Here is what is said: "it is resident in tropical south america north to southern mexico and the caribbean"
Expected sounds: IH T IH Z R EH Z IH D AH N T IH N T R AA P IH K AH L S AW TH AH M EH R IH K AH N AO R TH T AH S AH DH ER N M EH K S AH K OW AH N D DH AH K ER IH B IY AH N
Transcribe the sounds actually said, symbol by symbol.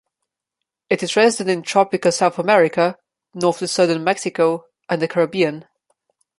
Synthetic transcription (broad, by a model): IH T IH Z R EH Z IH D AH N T IH N T R AA P IH K AH L S AW TH AH M EH R IH K AH N AO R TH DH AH S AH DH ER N M EH K S AH K OW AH N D DH AH K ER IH B IY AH N